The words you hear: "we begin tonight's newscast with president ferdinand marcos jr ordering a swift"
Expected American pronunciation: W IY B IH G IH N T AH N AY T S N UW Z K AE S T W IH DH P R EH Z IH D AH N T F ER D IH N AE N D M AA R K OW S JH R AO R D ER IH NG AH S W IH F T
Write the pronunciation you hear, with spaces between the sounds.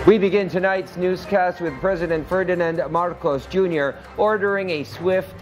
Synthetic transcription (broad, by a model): W IY B IH G IH N T AH N AY T S N UW Z K AE S T W IH DH P R EH Z IH D AH N T F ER D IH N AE N D M AA R K OW S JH R AO R D ER IH NG AH S W IH F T